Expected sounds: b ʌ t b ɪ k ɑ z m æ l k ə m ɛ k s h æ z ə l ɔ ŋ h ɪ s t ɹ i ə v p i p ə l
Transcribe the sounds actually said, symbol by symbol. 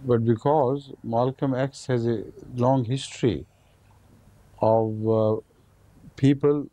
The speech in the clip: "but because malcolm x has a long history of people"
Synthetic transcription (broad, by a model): b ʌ t b ɪ k ɑ z m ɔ l k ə m ɛ k s h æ z ə l ɔ ŋ h ɪ s t ɹ i ə v p i p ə l